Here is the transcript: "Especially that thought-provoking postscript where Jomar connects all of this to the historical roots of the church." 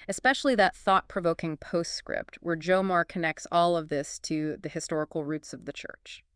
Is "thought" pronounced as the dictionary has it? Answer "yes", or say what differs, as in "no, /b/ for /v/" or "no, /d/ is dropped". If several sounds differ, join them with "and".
yes